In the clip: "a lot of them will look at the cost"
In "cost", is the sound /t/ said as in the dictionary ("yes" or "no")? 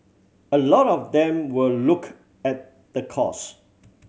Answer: no